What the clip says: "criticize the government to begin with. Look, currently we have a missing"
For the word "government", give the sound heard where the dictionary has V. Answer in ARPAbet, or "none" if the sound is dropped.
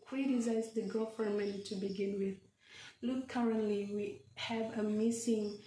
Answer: F